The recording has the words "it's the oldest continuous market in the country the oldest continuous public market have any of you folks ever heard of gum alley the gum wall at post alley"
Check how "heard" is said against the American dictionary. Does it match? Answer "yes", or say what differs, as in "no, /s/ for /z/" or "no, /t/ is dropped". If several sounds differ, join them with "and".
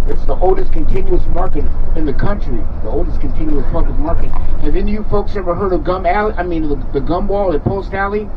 yes